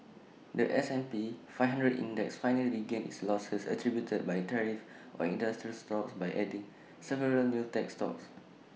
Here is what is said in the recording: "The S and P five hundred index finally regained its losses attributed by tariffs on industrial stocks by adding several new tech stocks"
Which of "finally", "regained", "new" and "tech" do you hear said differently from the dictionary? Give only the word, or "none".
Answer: regained